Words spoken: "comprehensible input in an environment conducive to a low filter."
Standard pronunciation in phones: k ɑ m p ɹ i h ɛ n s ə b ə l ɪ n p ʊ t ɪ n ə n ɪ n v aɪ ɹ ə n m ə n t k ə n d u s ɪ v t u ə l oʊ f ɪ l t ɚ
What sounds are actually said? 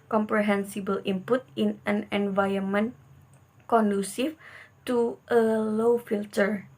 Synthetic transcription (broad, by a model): k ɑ m p ɹ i h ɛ n s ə b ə l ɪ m p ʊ t ɪ n ə n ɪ n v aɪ ə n m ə n k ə n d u s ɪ f t u ə l oʊ f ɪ l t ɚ